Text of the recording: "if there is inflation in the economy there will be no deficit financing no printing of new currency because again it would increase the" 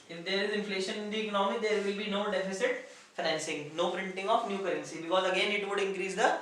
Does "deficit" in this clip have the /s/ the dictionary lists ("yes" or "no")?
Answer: yes